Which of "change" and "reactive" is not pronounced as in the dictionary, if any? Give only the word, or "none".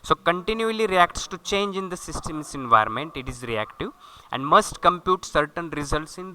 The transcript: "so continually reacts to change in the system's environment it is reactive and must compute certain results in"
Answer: none